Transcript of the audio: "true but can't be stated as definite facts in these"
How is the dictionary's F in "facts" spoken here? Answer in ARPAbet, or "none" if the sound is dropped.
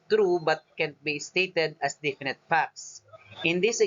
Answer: P